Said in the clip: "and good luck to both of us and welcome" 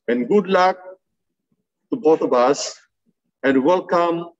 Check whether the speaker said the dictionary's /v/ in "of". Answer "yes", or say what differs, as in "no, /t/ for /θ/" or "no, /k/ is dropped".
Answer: no, /b/ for /v/